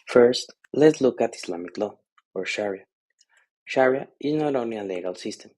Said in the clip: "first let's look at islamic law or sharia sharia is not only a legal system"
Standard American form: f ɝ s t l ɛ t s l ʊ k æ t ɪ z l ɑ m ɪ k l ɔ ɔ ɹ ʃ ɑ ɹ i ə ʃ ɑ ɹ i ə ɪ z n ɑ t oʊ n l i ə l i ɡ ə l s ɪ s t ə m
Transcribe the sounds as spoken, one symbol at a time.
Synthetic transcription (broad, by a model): f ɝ s t l ɛ t s l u k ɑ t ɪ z l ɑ m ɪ k l ɔ ɔ ɹ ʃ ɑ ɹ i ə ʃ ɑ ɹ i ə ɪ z n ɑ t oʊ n i ə l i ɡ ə l s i s t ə m